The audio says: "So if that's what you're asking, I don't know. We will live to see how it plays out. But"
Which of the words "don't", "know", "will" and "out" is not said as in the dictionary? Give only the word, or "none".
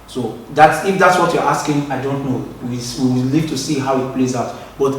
will